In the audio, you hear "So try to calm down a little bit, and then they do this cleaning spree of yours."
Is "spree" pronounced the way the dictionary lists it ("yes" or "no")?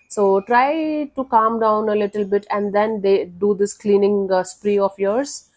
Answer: yes